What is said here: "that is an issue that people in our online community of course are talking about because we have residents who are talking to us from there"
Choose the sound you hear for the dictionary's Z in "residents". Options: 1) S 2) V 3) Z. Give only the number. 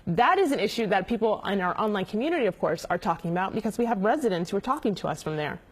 3